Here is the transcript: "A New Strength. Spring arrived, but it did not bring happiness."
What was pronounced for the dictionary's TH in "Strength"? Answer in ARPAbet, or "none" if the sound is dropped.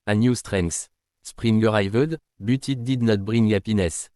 S